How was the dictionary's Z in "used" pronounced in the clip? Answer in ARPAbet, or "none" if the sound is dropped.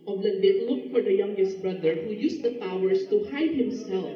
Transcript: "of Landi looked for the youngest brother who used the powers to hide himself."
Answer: S